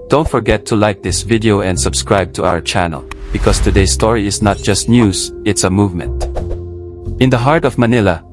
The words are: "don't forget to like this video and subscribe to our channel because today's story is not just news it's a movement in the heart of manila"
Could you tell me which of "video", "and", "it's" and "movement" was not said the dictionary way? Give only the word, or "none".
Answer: none